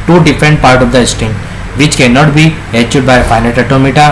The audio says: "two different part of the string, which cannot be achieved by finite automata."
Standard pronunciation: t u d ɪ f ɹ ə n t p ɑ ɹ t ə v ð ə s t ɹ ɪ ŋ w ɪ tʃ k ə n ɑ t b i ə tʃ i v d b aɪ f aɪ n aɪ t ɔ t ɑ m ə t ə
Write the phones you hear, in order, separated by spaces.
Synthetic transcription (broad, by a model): t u d ɪ f ɹ ə n t p ɑ ɹ t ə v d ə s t ɪ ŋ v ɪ tʃ k ə n ɑ t b i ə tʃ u d b aɪ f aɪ n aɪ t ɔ t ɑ m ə t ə